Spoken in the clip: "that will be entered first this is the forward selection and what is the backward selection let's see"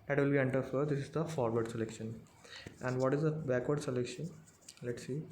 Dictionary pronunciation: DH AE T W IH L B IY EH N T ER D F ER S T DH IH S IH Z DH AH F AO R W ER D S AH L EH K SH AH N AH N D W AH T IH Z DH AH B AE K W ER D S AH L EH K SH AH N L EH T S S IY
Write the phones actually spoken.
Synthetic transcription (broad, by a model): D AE T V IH L B IY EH N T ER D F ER T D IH S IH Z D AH F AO R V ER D S AH L EH K SH AH N AH N D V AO T IH Z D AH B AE K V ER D S AH L EH K SH AH N L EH T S S IY